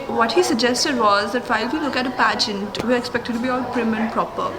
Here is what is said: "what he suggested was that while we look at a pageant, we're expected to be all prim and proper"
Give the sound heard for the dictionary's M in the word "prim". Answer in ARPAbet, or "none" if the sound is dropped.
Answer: M